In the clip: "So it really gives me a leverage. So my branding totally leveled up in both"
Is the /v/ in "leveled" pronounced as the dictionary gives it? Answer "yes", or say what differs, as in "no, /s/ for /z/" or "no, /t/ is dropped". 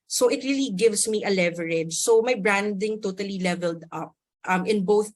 yes